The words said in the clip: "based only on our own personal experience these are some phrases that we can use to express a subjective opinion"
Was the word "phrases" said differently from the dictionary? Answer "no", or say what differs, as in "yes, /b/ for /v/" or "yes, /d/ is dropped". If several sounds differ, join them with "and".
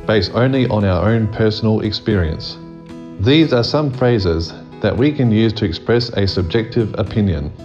no